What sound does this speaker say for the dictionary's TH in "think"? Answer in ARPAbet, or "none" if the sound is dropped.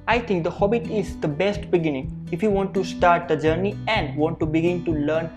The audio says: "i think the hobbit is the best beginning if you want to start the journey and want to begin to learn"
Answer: T